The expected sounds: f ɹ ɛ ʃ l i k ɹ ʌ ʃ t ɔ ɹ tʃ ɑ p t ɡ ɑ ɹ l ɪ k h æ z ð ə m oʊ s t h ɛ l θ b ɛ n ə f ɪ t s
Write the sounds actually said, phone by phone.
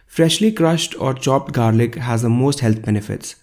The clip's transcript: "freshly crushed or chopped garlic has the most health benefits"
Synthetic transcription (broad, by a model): f ɹ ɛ ʃ l i k ɹ ʌ ʃ t ɔ ɹ tʃ ɑ p t ɡ ɑ ɹ l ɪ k h æ z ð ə m oʊ s t h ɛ l t b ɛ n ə f ɪ t s